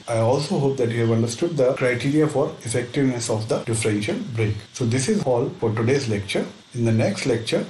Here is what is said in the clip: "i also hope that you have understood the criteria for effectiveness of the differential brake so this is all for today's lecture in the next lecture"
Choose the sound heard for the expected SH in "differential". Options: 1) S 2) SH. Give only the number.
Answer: 2